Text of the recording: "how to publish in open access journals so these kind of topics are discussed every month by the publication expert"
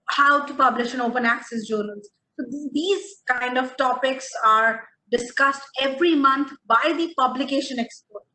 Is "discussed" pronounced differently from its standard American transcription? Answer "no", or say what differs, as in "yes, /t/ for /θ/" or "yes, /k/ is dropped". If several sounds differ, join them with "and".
no